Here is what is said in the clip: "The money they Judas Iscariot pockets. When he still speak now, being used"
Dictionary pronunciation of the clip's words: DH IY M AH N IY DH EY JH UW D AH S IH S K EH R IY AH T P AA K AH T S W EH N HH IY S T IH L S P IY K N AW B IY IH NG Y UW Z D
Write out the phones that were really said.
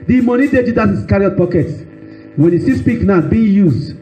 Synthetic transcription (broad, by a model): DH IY M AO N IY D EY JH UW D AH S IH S K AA R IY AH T P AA K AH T W EH N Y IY S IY S P IY K N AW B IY Y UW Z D